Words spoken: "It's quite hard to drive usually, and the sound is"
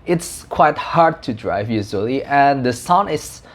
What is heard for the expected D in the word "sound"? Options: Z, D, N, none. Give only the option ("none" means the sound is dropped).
none